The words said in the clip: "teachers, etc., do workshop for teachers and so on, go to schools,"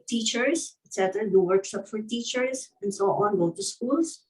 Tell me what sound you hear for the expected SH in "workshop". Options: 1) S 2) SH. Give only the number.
1